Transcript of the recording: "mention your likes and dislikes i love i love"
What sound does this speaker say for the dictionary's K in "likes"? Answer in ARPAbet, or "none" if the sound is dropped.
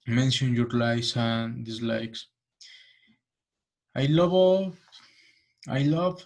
none